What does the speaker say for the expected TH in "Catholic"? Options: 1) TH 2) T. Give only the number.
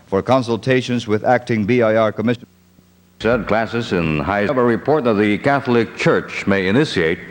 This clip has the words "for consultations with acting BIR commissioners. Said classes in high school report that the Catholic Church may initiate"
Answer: 1